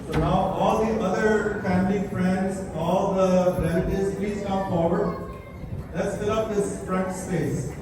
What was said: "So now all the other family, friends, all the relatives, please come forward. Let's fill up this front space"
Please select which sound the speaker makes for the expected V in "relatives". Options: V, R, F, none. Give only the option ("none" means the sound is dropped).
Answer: none